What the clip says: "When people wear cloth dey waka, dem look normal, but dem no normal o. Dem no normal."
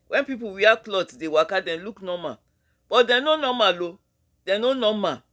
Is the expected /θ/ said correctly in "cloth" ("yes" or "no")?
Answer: no